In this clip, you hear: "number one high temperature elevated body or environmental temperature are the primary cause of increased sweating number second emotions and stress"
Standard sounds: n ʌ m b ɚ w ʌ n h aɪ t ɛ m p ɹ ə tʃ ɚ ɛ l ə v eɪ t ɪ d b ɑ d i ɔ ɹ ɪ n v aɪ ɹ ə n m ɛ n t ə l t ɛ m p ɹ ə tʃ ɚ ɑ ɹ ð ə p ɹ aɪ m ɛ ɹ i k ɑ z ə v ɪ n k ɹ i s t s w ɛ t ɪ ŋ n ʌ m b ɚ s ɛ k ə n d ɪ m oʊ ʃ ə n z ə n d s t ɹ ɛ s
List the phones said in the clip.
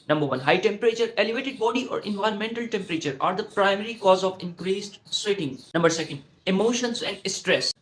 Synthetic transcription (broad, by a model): n ʌ m b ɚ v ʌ n h aɪ t ɛ m p ɹ ə tʃ ɚ ɛ l ə v eɪ t ɪ d b ɑ d i ɔ ɹ ɪ n v aɪ ɹ ə n m ɛ n t ə l t ɛ m p ɹ ə tʃ ɚ ɑ ɹ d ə p ɹ aɪ m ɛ ɹ i k ɑ z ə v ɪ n k ɹ i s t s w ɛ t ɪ ŋ n ʌ m b ɚ s ɛ k ə n d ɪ m oʊ ʃ ə n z ə n d s t ɹ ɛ s